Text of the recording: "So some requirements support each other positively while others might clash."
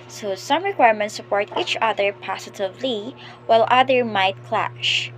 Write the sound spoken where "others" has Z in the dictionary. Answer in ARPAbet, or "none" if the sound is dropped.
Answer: none